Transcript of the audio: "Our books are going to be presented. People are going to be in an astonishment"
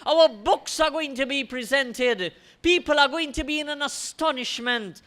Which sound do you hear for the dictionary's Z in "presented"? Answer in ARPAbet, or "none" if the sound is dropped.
Z